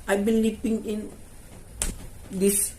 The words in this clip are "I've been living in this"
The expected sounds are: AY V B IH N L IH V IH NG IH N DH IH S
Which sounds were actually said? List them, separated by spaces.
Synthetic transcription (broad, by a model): AY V B IH N L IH P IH NG IH N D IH S